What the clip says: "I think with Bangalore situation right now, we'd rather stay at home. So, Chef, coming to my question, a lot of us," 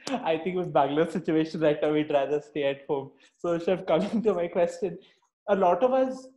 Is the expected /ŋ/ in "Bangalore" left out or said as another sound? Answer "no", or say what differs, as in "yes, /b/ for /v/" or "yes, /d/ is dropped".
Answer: yes, /ŋ/ is dropped